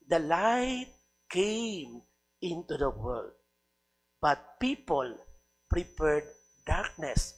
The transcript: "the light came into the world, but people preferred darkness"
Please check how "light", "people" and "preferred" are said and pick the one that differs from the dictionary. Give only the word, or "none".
preferred